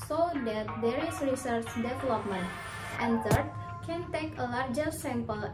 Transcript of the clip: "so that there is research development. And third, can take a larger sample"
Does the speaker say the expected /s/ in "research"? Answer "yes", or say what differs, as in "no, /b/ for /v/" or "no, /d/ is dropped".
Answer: yes